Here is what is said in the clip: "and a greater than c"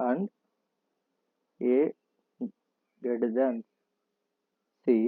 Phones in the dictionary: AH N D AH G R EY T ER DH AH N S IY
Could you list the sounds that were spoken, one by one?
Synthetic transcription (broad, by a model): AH N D AH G EY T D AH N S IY